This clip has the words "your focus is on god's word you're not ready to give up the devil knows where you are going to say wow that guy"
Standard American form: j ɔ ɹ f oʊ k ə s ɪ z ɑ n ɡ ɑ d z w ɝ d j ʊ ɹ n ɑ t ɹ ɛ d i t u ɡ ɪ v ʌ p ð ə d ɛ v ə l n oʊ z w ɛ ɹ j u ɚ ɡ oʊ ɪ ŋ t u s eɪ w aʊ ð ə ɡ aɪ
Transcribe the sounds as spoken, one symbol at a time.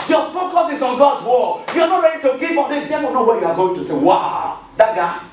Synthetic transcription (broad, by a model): j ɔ f oʊ k ə s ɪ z ɑ n ɡ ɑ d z w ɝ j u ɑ n ɑ t ɹ ɛ d i t u ɡ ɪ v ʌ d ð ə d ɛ ə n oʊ w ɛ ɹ j u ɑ ɡ oʊ ɪ ŋ t u s eɪ w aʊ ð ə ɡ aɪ